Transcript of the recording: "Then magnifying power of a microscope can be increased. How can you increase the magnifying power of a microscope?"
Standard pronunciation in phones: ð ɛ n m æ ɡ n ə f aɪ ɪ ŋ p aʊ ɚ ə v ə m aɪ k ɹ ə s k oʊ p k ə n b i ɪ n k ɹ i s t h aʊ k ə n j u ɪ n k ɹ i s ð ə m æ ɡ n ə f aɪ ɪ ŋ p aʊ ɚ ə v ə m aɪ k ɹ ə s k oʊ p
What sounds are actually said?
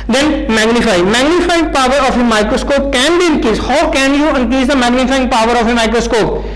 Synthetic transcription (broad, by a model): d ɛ n m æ ɡ n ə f aɪ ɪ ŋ p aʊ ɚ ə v ə m aɪ k ɹ ə s k oʊ p k ə n b i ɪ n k i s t h aʊ k ə n j u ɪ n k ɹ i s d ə m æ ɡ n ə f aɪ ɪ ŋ p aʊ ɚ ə f ə m aɪ k ɹ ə s k oʊ p